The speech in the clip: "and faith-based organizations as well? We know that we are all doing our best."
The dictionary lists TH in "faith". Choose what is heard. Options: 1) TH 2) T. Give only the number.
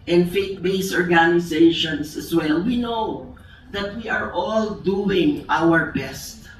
2